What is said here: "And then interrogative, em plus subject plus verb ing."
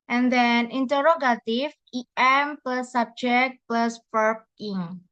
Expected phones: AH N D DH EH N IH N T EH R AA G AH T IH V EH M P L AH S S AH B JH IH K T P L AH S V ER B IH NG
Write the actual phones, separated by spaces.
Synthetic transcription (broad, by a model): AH N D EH N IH N T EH R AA G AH T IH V EH M P L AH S S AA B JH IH K T P L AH S P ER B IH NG